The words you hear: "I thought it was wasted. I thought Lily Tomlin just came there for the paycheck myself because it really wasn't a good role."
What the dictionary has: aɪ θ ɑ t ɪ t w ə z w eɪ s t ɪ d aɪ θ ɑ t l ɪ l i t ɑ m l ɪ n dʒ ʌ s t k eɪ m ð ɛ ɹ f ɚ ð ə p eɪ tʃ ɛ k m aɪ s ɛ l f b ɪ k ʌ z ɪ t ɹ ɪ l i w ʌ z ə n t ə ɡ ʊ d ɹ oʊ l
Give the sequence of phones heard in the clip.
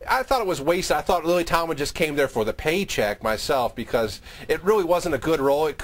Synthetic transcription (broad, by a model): aɪ θ ɑ t ɪ t w ə z w eɪ s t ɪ ɪ θ ɑ t l ɪ l i t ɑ m ɪ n dʒ ʌ s k eɪ m ð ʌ ɹ f ɚ ð ə p eɪ tʃ ɛ k m aɪ s ɛ l f b ɪ k ʌ z ɪ t ɹ ɪ l i w ʌ z ə n t ə ɡ ʊ d ɹ oʊ l